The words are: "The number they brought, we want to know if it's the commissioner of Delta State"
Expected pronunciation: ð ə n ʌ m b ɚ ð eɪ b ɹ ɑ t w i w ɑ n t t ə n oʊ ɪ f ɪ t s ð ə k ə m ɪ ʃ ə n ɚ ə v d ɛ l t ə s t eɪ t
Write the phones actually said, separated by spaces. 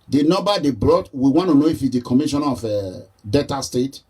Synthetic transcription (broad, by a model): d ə n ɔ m b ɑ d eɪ b ɹ ɑ t w i w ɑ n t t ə n oʊ ɪ f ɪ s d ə k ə m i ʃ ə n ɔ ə d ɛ t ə s t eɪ t